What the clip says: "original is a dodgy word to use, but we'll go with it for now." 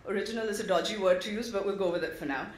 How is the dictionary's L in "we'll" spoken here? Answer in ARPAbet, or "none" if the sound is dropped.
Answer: L